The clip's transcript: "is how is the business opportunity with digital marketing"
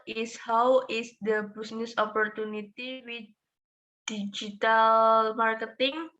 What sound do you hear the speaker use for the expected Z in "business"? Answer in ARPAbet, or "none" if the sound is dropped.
S